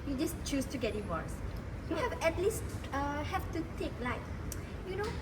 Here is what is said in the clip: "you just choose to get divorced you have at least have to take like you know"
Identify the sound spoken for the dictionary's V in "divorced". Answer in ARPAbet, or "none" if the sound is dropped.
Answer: W